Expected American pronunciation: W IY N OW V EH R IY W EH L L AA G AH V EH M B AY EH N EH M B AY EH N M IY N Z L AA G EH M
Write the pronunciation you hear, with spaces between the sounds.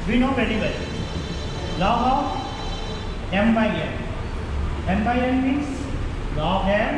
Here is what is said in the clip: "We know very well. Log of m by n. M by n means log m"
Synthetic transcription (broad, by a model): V IY N OW P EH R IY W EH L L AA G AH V EH M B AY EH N EH M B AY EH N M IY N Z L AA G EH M